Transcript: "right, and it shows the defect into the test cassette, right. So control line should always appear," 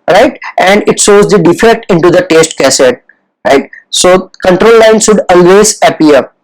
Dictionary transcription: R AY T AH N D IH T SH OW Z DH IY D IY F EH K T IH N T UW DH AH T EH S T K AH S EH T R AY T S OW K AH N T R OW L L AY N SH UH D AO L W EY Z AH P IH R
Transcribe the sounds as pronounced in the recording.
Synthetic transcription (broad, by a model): R AY T AH N D IH T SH OW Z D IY D IY F EH K T IH N T UW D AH T EH S T K AH S EH T R AY T S OW K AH N T R OW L L AY N S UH D AO L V EY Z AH P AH R